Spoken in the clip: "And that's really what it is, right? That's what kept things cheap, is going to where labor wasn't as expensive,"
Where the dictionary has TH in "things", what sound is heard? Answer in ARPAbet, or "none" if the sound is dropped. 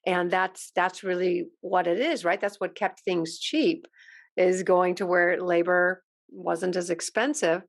TH